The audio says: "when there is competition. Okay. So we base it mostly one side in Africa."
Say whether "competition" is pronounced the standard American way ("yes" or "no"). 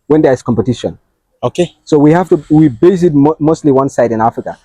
yes